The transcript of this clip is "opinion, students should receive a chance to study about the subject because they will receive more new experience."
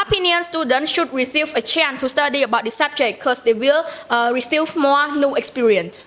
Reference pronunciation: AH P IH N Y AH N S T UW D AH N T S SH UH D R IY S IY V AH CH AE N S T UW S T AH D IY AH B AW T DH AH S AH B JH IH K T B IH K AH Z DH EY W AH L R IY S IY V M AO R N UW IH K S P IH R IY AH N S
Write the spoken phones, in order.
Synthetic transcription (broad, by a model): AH P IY N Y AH N S T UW D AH N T SH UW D R IY S IY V AH CH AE N T UW S T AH D IY AH B AW T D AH S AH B JH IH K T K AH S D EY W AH L R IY S IY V M AO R N UW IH K S P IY R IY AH N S